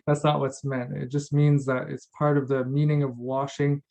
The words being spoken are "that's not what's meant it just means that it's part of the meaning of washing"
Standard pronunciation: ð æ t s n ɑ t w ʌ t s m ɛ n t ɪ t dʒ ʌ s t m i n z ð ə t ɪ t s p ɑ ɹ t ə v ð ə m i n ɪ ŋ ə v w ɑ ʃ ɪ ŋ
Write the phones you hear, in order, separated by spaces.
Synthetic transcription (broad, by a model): ð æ t s n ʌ t w ʌ t s m ɛ n t ɪ t dʒ ʌ s t m i n z ð ə t ɪ t s p ɑ ɹ t ə v ð ə m i n ɪ ŋ ə v w ɑ ʃ ɪ ŋ